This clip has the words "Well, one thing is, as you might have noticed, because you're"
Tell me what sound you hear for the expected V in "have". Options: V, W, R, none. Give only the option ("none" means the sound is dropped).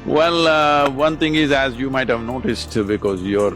V